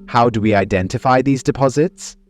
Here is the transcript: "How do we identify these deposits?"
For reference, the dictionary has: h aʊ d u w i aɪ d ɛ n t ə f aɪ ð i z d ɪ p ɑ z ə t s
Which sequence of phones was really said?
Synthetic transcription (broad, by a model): h aʊ d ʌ w i aɪ d ɛ n t ə f aɪ ð i z d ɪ p ɑ z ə t s